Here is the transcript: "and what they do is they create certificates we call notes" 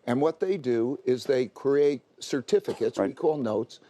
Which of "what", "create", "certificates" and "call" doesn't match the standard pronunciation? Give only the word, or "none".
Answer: none